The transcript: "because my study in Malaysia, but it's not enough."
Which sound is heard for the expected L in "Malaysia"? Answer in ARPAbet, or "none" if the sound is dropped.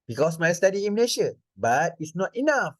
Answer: N